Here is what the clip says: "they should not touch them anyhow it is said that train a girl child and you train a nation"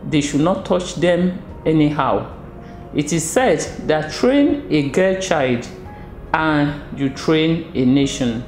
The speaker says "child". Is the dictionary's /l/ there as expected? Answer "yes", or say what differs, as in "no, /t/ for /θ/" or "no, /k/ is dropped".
yes